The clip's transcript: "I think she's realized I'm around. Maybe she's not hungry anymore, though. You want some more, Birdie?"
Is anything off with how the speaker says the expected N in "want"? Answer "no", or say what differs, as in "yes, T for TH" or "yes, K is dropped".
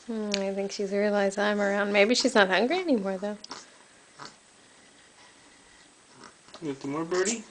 yes, N is dropped